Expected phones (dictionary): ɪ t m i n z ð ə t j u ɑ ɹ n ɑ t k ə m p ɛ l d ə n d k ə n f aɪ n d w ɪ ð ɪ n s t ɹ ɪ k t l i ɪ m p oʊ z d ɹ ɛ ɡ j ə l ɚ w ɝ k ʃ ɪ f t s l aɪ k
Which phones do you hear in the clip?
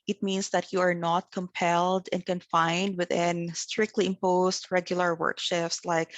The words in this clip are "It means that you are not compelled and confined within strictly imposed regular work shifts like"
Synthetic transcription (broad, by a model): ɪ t m i n s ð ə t j u ɑ ɹ n ɑ t k ə m p ɛ l d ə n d k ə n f aɪ n d w ɪ ð ɪ n s t ɹ ɪ k t l i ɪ m p oʊ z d ɹ ɛ ɡ j ə l ɚ w ɝ k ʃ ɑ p s l aɪ k